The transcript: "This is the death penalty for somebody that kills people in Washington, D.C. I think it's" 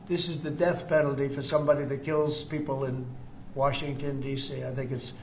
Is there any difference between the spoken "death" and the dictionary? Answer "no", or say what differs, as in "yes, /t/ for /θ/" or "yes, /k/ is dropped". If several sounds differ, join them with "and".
no